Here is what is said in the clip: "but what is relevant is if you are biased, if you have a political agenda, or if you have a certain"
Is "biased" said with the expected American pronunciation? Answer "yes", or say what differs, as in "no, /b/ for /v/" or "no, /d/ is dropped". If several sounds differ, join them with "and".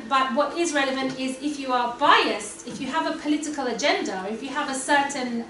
yes